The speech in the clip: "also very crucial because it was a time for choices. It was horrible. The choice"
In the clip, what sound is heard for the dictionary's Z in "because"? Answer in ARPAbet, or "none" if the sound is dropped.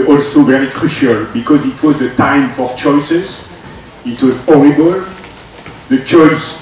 Z